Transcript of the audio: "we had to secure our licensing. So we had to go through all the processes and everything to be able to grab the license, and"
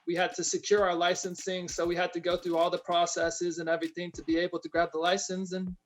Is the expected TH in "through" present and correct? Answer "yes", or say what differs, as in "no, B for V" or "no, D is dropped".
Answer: yes